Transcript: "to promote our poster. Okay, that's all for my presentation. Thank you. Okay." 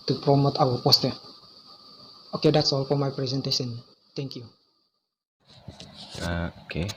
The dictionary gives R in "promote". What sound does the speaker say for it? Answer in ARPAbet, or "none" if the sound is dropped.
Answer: R